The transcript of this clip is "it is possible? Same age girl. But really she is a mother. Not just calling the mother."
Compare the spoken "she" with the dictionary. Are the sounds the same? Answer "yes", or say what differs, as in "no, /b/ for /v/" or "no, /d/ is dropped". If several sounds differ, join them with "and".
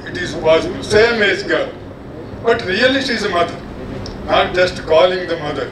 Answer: no, /s/ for /ʃ/